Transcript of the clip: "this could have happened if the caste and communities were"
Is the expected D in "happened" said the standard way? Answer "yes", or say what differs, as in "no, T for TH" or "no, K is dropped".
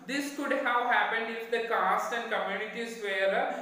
yes